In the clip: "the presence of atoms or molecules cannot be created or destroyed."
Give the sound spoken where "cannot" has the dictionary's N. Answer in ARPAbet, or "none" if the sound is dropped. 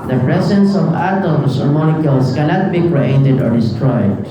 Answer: L